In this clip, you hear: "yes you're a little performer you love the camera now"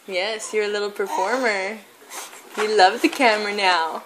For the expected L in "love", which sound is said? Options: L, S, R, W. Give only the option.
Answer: L